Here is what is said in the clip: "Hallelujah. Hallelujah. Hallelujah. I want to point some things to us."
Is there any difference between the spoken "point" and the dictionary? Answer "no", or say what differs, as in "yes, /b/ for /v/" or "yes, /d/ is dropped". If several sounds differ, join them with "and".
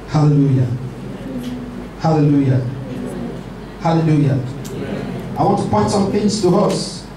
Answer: yes, /n/ is dropped